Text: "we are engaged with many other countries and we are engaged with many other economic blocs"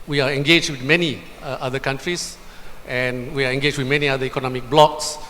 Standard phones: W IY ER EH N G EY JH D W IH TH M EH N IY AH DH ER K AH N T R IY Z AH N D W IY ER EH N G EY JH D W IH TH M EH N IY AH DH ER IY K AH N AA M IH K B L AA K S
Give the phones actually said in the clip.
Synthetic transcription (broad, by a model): W IY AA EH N G EY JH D W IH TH M EH N IY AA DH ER K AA N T R IY S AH N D W IY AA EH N G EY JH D W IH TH M EH N IY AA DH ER IY K AH N AA M IH K B L AA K S